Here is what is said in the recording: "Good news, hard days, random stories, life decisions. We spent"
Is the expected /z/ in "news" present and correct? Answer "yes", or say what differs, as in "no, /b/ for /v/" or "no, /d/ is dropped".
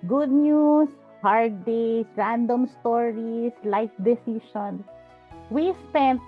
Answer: no, /s/ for /z/